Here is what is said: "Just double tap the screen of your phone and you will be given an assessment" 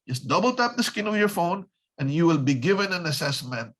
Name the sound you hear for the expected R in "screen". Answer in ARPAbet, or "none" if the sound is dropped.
none